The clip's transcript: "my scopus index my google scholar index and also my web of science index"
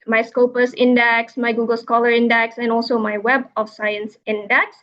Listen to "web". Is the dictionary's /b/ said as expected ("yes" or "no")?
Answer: yes